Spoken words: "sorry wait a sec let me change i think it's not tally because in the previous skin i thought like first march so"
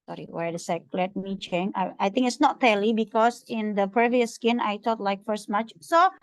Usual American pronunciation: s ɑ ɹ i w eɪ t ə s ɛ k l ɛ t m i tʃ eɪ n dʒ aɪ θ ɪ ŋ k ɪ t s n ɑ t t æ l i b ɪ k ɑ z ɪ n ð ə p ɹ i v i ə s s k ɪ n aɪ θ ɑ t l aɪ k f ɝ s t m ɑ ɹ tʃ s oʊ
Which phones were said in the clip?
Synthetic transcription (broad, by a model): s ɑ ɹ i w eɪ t ə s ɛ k l ɛ t m i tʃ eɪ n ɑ aɪ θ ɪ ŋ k ɪ t s n ɑ t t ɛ l i b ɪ k ɑ s ɪ n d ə p ɹ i v i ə s s k ɪ n aɪ t ɑ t l aɪ k f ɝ s t m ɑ tʃ s oʊ